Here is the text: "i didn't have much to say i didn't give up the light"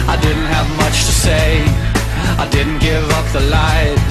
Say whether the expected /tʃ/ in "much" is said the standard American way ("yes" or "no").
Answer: yes